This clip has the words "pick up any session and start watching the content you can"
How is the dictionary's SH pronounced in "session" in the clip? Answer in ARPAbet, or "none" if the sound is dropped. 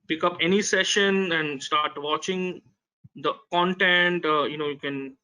SH